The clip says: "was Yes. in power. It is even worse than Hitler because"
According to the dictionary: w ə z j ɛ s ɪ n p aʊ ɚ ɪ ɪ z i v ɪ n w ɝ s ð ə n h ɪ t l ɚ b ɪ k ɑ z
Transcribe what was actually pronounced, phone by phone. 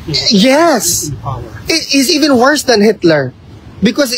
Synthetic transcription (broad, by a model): j ɛ s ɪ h ɪ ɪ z i v ɪ n w ɝ s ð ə n h ɪ t l ɚ b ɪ k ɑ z